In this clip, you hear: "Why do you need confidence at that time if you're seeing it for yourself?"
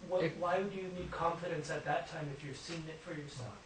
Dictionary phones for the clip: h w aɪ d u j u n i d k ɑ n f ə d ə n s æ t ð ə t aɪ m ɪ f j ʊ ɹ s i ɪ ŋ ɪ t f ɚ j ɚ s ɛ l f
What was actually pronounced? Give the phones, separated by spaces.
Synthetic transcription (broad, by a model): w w aɪ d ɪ j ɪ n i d k ɑ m f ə d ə n s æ t ð ə t aɪ m ɪ f j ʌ ɹ s i ɪ ŋ ɪ t f ɚ j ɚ s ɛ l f